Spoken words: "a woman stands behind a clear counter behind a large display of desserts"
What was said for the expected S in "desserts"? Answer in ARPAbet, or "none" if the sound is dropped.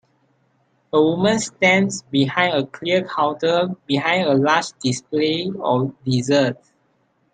none